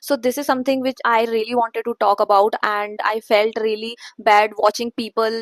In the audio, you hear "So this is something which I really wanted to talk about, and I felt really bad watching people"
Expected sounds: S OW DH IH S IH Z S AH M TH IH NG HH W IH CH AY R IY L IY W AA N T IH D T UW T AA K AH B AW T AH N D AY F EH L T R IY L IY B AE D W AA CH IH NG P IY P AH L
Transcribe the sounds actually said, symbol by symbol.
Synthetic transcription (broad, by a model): S OW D IH S IH Z S AH M T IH NG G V IH CH AY R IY L IY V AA N T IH D T UW T AA K AH B AW T AH N D AY F EH L T R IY L IY B AE D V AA CH IH NG P IY P AH L